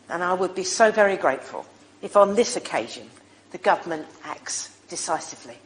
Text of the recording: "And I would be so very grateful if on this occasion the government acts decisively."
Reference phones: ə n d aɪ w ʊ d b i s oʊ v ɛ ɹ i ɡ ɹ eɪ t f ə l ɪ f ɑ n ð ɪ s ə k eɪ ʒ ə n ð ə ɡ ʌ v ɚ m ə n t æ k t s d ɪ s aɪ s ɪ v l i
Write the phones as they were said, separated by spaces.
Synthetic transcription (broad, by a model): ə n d aɪ w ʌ d b i s oʊ v ɛ ɹ i ɡ ɹ eɪ t f ə l ɪ f n ð ɪ s ə k eɪ ʒ ə n ð ə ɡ ʌ v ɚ m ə n t æ k t s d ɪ s aɪ s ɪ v l i